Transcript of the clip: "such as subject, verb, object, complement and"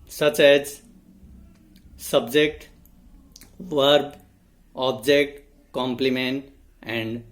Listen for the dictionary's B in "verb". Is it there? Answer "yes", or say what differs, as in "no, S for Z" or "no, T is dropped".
yes